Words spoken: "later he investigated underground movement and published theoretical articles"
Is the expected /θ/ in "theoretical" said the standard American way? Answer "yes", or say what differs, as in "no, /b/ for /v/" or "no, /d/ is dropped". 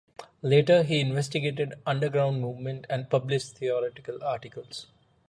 no, /t/ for /θ/